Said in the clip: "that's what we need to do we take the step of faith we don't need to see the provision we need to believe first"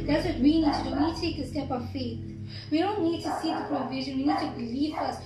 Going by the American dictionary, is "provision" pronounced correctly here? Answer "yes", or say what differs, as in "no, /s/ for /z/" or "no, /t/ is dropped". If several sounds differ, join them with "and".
yes